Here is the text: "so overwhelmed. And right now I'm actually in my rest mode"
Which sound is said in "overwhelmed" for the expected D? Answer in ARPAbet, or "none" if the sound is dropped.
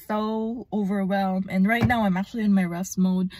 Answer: none